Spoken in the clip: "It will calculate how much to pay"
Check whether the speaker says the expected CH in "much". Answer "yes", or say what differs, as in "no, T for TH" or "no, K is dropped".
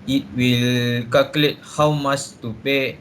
no, S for CH